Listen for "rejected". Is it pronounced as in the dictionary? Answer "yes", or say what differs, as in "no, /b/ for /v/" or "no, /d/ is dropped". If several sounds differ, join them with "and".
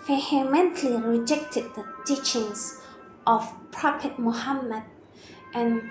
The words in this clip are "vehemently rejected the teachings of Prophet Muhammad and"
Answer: yes